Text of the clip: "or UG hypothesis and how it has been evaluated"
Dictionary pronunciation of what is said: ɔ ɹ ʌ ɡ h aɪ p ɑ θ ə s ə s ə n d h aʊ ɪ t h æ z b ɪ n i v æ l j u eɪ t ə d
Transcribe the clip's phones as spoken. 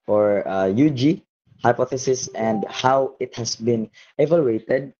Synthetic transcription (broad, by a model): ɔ ɹ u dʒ h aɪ p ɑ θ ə s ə s ə n d h aʊ ɪ t h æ s b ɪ n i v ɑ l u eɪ t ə d